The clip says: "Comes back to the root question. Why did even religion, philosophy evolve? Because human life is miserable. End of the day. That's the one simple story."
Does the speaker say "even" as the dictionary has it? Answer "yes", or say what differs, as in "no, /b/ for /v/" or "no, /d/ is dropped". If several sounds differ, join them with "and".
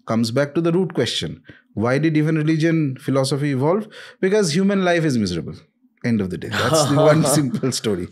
no, /f/ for /v/